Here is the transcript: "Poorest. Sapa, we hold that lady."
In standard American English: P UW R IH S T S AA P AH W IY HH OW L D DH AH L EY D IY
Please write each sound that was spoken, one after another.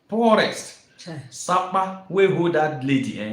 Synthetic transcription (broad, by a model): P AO R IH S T S AA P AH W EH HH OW D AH L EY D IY